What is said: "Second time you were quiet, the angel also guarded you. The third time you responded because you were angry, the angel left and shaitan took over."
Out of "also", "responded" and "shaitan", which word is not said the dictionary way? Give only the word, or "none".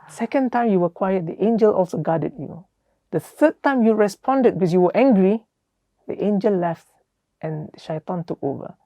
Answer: none